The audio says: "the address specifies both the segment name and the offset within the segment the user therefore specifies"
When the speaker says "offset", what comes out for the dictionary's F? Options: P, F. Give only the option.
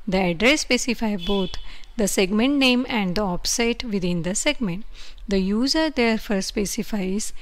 P